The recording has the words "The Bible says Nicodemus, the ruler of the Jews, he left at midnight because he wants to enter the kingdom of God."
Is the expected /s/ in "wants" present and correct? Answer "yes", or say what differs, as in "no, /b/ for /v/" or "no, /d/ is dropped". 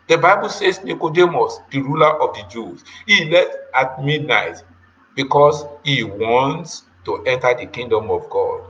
yes